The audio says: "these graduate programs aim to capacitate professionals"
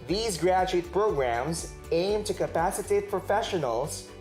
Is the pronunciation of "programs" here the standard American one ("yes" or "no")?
yes